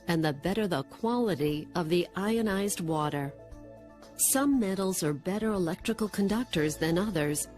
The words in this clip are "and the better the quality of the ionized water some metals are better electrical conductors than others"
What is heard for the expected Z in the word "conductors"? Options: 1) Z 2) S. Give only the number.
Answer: 1